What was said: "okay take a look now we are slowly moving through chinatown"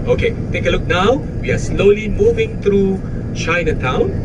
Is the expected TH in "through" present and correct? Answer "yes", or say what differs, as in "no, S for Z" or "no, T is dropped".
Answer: no, T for TH